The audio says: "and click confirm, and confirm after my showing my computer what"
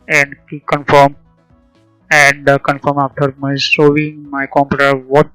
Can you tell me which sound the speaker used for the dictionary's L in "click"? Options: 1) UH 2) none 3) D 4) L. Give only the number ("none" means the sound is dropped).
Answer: 2